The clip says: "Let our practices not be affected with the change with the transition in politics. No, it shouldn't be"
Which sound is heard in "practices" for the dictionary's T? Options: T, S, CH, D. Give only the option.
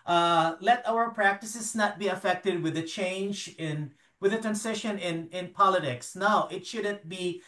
T